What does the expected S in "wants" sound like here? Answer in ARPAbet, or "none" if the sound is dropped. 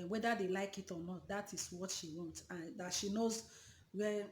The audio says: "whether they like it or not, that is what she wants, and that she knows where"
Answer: none